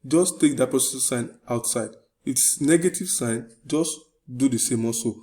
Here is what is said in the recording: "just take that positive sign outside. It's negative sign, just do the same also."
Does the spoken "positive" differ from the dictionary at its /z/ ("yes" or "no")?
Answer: yes